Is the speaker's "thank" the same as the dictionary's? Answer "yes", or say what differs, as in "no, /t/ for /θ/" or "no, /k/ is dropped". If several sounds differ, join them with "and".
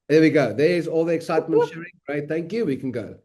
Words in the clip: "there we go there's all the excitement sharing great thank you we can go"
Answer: yes